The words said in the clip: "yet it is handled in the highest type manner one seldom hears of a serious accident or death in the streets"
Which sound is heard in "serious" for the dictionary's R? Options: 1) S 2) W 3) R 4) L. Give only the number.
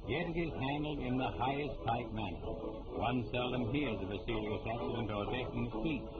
4